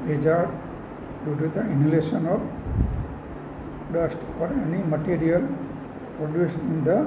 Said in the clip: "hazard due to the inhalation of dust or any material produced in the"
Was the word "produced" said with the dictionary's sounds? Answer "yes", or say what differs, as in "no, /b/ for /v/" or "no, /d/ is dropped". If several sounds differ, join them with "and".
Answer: no, /t/ is dropped